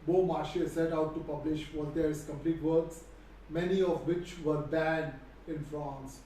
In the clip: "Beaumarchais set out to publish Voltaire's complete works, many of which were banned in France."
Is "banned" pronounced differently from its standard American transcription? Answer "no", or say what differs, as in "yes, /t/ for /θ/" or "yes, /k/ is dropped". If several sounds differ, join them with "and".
yes, /d/ is dropped